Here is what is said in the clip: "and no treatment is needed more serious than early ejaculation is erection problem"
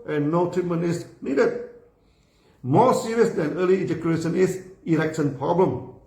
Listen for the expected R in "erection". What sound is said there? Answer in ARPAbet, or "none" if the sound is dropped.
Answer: L